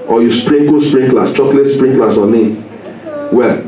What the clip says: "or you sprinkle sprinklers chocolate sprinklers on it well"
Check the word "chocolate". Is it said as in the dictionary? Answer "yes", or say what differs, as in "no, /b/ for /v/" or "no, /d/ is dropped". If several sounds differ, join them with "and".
yes